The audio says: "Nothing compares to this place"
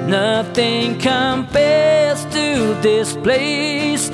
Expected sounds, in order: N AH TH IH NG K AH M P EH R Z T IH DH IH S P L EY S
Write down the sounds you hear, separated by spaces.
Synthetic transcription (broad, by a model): N AH TH IH NG K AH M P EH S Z T IH DH IH S P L EY S